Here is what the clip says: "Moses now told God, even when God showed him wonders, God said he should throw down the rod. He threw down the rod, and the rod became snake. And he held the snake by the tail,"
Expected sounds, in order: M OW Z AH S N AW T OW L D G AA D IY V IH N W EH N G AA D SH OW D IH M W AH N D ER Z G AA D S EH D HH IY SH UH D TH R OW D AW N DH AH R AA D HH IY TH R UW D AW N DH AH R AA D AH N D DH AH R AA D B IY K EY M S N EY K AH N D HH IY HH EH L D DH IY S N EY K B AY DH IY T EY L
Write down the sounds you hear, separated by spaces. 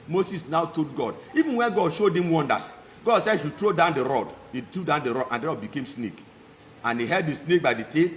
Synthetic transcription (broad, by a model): M OW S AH S N AW T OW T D G AA D IY V IH N W EH N G AA D SH OW D IH M W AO N D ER S G AA D S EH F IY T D R OW D AW N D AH R AA D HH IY T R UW D AW N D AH R AA D AH N D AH R AA D B IY K EY M S N EY K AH N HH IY HH EH D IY S N EY K B AY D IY T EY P